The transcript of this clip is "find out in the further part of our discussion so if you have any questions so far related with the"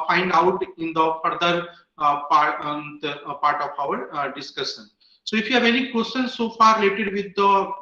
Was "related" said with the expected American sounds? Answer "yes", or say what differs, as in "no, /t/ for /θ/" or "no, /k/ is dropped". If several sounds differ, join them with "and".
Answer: yes